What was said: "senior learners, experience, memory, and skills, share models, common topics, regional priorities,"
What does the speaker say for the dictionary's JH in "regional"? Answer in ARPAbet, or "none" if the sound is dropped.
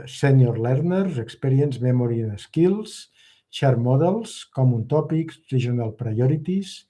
ZH